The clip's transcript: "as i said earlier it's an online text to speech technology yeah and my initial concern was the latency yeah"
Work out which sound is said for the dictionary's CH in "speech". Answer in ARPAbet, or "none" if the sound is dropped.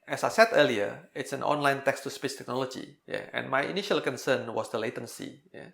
S